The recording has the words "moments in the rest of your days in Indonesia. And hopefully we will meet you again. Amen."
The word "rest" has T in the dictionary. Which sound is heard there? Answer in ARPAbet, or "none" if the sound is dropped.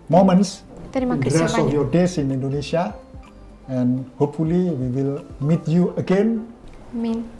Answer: none